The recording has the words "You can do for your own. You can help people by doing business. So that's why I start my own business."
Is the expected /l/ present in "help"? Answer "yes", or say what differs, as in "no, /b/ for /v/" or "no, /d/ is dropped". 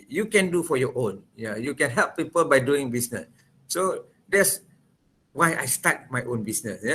yes